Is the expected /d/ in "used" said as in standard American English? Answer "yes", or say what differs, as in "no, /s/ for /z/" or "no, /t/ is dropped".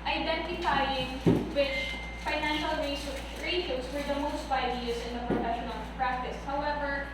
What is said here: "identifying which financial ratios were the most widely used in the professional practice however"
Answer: no, /d/ is dropped